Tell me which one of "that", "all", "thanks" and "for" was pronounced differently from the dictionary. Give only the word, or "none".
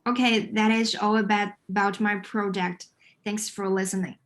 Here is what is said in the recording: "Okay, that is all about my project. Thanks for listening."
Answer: none